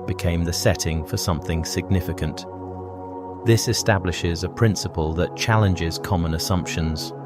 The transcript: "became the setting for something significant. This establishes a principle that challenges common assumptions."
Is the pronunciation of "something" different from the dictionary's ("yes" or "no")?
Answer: no